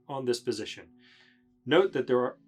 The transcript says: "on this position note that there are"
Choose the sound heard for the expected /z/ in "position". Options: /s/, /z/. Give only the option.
/z/